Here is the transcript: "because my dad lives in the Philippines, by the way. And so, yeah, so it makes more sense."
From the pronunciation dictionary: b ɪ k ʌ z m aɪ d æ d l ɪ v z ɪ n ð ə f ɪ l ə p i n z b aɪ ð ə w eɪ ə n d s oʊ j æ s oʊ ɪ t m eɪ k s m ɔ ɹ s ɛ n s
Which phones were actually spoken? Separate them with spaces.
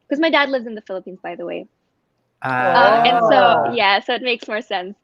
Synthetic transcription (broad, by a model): k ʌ z m aɪ d æ d l ɪ v z ɪ n ð ə f ɪ l ə p i n z b aɪ ð ə w eɪ ə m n s oʊ j æ s oʊ ɪ t m eɪ k s m ɔ ɹ s ɛ n s